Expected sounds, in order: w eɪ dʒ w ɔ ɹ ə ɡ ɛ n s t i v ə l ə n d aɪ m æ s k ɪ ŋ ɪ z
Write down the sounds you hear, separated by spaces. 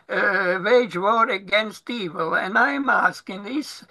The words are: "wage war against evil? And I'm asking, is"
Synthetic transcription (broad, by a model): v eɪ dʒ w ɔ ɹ ə ɡ ɛ n s t i v ə l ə n aɪ m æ s k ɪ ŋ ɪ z